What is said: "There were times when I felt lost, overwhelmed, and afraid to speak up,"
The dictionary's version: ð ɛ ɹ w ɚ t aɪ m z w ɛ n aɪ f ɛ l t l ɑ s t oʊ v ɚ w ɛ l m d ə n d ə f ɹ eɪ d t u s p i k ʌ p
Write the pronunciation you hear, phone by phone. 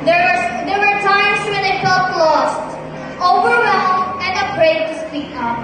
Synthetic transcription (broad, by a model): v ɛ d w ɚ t aɪ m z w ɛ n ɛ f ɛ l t l ɑ s t oʊ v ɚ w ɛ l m ə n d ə p ɹ eɪ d t u s p i k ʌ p